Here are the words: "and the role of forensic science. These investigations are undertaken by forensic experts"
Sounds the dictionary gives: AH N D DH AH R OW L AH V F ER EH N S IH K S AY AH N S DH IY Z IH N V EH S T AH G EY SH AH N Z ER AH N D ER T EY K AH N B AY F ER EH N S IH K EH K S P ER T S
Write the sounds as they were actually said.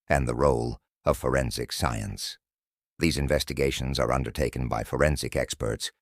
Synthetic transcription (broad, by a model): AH N DH AH R OW L AH V F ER EH N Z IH K S AY AH N S DH IY Z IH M V EH S T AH G EY SH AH N Z ER AH N D ER T EY K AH N B AY F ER EH N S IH K EH K S P ER T S